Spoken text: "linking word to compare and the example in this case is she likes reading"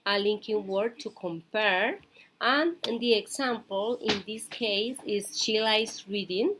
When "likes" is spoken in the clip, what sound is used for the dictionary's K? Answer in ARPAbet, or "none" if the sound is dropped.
none